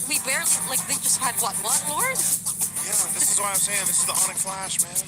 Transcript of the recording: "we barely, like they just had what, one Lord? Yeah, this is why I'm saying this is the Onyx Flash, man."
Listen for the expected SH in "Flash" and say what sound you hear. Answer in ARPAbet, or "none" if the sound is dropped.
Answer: SH